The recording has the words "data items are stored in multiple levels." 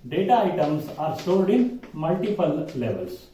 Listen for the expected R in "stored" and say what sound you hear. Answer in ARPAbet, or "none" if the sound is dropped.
L